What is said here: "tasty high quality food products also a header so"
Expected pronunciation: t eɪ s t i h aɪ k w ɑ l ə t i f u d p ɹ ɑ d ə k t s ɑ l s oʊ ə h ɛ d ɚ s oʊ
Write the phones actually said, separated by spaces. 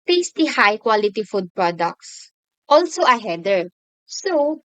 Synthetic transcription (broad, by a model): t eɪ s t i h aɪ k w ɑ l ə t i f u d p ɹ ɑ d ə k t s ɑ l s oʊ ə h ɛ d ɚ s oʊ